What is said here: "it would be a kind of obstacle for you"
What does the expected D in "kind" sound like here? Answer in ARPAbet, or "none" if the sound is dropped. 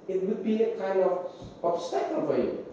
D